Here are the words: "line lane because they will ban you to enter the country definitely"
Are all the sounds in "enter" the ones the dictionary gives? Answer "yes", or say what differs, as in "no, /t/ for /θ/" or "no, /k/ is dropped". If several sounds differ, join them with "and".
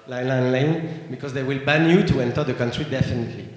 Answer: yes